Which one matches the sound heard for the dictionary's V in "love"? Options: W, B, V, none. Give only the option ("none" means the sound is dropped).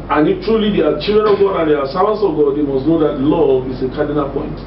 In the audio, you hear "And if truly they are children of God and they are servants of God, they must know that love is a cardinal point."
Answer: none